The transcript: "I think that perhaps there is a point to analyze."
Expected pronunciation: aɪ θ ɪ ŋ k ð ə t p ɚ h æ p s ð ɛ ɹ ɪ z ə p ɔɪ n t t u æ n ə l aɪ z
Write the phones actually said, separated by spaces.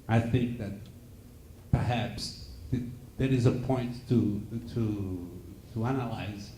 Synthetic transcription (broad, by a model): aɪ θ ɪ ŋ k ð ə t p ɚ h æ p s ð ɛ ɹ ɪ z ə p ɔɪ n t t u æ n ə l aɪ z